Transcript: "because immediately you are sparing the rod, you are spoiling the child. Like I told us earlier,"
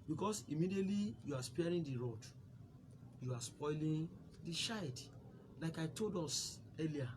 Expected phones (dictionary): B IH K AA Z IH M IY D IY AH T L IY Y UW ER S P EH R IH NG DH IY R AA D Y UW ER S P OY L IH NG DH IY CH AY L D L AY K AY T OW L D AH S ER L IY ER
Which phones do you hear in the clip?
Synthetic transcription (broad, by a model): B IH K AA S IH M IY D IY AH T L IY Y UW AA S P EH R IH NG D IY R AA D Y UW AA S P OY L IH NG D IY SH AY D L AY K AY T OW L D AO S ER L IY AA